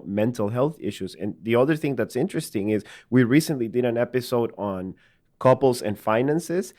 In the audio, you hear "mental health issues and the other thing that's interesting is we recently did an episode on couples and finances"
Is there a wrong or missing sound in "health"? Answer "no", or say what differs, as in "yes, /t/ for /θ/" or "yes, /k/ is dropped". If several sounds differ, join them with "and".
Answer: no